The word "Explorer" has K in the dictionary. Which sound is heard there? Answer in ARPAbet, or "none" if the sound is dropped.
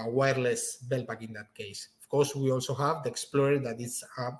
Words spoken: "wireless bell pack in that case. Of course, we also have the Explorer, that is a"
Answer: K